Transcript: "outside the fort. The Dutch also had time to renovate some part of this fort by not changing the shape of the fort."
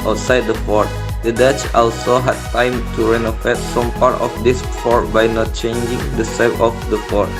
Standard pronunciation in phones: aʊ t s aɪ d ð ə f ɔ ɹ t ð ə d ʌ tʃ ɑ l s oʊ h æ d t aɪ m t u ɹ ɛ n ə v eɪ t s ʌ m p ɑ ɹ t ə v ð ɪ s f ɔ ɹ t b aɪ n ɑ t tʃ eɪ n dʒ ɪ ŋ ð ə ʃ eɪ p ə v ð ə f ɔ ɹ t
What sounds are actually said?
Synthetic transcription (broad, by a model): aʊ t s aɪ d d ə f ɔ ɹ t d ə d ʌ tʃ ɑ l s oʊ h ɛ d t aɪ m t u ɹ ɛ n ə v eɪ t s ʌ m p ɑ ɹ t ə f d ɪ s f ɔ ɹ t b aɪ n ɑ t tʃ eɪ n dʒ ɪ ŋ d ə s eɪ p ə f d ə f ɔ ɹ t